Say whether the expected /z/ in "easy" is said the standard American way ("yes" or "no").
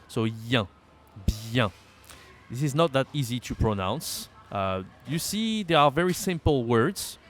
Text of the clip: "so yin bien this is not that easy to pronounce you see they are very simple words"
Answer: yes